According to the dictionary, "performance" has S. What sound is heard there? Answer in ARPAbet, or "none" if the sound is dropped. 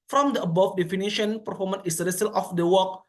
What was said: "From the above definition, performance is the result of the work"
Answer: none